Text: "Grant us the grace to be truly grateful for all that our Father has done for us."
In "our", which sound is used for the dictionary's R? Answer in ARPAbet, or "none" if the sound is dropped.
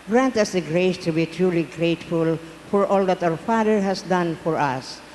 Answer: W